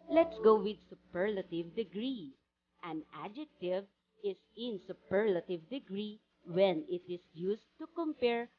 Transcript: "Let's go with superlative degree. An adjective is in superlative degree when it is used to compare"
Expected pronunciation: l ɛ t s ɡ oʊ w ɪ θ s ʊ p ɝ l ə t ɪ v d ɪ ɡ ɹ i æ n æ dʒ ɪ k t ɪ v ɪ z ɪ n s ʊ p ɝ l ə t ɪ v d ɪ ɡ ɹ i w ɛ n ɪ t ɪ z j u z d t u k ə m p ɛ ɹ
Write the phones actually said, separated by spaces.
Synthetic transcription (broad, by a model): l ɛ t s ɡ oʊ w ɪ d s ʊ p ɝ l ə t ɪ v d ɪ ɡ ɹ i æ n æ dʒ ɪ k t ɪ v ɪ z ɪ n s ʊ p ɝ l ə t ɪ v d ɪ ɡ ɹ i w ɛ n ɪ t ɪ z j u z t u k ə m p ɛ ɹ